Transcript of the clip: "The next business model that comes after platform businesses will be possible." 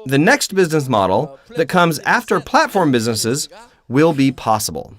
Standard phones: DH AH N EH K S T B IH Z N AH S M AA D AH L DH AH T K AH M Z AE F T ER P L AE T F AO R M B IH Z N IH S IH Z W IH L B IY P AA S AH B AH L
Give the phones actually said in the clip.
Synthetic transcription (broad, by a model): DH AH N EH K S T B IH Z N AH S M AA D L DH AH T K AH M Z AE F T ER P L AE T F AO R M B IH Z N IH S IH Z W IH L B IY P AA S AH B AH L